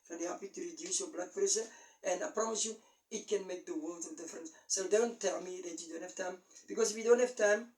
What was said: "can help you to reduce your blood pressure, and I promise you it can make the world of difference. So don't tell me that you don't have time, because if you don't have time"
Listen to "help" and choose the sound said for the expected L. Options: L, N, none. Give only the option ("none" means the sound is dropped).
none